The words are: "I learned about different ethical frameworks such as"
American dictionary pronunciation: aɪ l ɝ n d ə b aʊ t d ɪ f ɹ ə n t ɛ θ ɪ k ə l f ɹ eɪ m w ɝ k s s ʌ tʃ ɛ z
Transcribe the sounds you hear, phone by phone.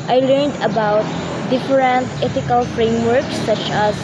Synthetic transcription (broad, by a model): aɪ l ɝ n d ə b aʊ t d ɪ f ɹ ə n t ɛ t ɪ k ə l f ɹ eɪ m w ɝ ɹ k s ʌ tʃ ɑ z